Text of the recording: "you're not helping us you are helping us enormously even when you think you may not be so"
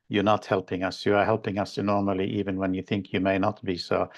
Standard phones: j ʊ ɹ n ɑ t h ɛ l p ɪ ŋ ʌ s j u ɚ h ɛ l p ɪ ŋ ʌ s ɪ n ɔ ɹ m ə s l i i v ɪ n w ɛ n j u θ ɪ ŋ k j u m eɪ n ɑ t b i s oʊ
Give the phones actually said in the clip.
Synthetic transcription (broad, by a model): j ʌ ɹ n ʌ t h ɛ l p ɪ ŋ ʌ s j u ɚ h ɛ l p ɪ ŋ ʌ s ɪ n ɔ ɹ m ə l i i v ɪ n w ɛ n j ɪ θ ɪ ŋ k j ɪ m eɪ n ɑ t b i s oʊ